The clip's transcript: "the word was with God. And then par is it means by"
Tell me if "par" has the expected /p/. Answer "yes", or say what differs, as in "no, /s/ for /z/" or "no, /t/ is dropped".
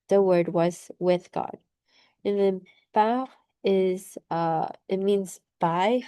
no, /b/ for /p/